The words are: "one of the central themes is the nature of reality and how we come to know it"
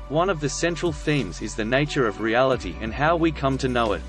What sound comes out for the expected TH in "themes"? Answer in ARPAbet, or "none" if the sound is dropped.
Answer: TH